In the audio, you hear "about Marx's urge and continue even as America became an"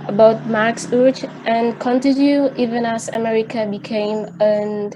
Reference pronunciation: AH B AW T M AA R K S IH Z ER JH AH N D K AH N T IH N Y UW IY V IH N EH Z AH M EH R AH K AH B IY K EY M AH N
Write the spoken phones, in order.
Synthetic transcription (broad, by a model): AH B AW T M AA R K S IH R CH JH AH N K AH N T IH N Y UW IY V IH N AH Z AH M EH R AH K AH B IY K EY M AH N